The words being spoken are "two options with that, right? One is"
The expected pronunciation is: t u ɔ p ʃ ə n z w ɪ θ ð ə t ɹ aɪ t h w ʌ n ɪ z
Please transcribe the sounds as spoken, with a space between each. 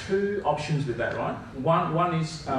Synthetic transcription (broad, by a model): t u ɔ p ʃ ə n z w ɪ ð ə t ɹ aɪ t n w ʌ n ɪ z